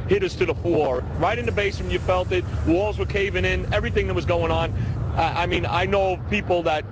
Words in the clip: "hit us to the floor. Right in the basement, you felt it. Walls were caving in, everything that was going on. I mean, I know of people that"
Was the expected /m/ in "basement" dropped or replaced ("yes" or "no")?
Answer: yes